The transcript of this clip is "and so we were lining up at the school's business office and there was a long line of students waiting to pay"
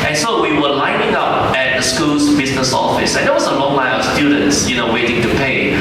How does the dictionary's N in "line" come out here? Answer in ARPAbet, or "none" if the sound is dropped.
L